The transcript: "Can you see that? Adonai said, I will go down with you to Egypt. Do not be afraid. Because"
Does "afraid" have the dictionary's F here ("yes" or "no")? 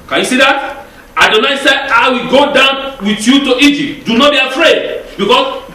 yes